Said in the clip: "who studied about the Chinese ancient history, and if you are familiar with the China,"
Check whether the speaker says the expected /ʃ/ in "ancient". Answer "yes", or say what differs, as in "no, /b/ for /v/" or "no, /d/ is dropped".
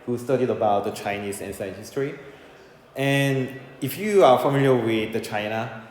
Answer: no, /s/ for /ʃ/